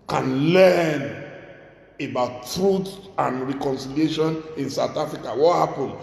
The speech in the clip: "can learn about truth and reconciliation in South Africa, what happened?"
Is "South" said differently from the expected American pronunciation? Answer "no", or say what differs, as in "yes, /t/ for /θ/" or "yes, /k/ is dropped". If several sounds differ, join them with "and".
yes, /t/ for /θ/